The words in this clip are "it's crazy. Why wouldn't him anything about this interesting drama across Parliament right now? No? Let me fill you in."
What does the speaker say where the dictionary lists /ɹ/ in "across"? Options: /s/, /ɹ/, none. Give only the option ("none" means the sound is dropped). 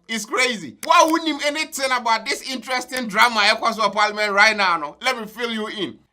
none